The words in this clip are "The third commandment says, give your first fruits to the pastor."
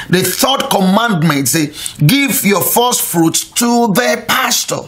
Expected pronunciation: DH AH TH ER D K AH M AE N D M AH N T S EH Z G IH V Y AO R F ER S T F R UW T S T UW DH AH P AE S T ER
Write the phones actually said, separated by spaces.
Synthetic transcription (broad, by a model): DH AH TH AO D K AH M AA N D M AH N T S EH G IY V Y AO F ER S T F R UW T T UW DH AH P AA S T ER